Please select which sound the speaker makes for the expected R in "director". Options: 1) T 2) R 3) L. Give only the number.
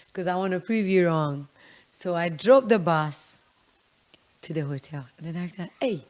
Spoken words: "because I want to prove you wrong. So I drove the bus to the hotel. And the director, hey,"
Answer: 3